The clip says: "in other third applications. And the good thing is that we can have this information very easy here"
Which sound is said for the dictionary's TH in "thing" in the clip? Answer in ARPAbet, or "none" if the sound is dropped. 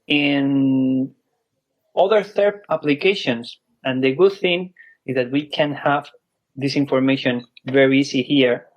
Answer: TH